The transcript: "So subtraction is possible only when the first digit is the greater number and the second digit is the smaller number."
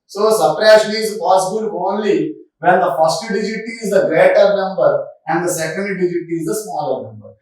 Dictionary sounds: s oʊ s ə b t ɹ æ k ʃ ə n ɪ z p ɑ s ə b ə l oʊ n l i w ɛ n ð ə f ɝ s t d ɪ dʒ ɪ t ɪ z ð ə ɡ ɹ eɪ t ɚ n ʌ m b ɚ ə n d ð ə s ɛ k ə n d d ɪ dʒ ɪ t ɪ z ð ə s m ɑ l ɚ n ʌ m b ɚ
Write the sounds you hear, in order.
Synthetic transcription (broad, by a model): s oʊ s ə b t ɹ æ ʃ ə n ɪ z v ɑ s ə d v oʊ n l i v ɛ n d ə f ɝ s t d ɪ dʒ ɪ t ɪ z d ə ɡ ɹ eɪ t ɚ n ʌ m b ɚ ə n d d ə s ɛ k ə n d d ɪ dʒ ɪ t ɪ z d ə s m ɑ l ɚ n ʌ m b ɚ